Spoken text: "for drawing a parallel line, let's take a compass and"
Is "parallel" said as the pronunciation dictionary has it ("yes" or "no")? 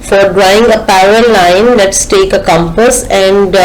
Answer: no